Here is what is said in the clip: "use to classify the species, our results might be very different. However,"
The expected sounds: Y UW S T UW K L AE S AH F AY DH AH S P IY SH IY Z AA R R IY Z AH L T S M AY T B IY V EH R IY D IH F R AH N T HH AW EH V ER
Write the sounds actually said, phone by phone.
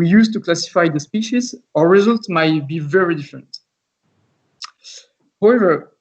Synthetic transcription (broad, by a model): Y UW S T UW K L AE S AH F AY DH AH S P IY SH IY Z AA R R IY Z AH L T S M AY T B IY V EH R IY D IH F R AH N T HH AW EH V ER